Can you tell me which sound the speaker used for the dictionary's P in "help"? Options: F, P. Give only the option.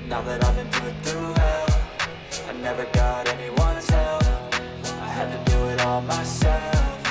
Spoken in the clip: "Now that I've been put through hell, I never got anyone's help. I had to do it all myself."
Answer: F